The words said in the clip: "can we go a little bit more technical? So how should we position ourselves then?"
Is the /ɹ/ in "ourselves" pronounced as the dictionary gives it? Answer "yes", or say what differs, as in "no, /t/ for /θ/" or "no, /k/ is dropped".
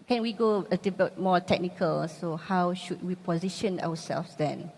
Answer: no, /w/ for /ɹ/